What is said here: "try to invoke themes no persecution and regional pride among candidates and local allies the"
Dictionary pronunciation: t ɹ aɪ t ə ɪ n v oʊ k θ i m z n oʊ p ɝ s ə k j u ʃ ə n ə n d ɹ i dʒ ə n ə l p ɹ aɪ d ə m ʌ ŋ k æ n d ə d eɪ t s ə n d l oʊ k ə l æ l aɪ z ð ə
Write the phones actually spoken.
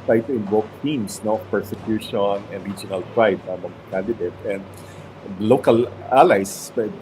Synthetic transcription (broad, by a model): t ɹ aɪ t ə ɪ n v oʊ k t i m s n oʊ p ɝ s ə k j u ʃ ə n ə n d ɹ i dʒ ə n ə l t ɹ aɪ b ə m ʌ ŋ k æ n d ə d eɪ t ə n d l oʊ k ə l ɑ l aɪ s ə